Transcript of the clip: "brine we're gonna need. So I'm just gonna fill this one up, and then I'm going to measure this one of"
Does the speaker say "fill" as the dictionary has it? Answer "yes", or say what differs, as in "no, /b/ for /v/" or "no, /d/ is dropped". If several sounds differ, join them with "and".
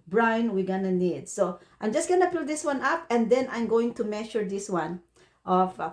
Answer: no, /p/ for /f/